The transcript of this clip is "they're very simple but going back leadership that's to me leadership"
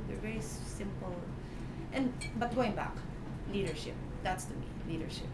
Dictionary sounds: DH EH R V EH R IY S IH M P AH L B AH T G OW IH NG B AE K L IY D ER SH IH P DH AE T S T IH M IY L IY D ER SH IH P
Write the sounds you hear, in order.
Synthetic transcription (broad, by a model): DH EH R V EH R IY S IH M P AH N B AH T G OW IH NG B AE K L IY D ER SH IH P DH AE T S T IH M IY L IY D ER SH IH P